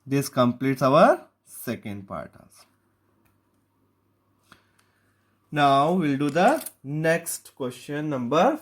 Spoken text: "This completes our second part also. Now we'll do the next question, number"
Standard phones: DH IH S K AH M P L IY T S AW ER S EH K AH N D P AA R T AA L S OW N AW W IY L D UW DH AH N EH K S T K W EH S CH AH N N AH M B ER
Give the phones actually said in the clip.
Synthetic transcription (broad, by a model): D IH S K AH M P L IY T S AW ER S EH K AH N D P AA R T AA S N AW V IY L D UW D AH N EH K S T K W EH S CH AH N N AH M B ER